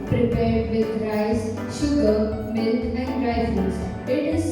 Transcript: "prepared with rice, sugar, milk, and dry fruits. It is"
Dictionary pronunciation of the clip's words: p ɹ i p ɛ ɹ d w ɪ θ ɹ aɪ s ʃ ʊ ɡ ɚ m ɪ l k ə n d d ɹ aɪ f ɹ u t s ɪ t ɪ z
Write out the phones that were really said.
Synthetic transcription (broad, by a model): p ɹ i p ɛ ɹ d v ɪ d ɹ aɪ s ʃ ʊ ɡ ɚ m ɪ l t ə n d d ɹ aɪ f u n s ɪ t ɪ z